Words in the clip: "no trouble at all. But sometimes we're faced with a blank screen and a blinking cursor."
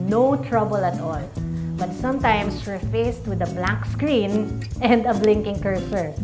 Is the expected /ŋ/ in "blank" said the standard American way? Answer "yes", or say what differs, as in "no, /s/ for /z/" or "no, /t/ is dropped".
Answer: no, /ŋ/ is dropped